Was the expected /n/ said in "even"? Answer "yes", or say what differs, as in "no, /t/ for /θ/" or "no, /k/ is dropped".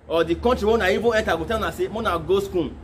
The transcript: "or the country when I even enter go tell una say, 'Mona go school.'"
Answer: no, /n/ is dropped